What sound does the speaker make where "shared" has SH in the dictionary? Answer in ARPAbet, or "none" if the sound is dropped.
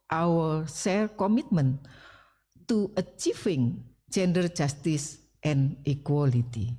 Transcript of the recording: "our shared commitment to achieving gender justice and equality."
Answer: S